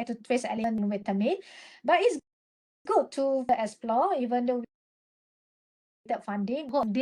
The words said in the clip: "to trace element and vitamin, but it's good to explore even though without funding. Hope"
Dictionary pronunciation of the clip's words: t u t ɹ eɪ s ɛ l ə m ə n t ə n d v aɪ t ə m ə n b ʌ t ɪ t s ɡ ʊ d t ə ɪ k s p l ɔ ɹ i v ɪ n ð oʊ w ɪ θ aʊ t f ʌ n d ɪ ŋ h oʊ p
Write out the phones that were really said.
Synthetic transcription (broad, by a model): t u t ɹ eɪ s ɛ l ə ə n ə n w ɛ t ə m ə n b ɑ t ɪ t s ɡ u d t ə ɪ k s p l ɔ i v ɪ n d oʊ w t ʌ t f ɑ n d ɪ ŋ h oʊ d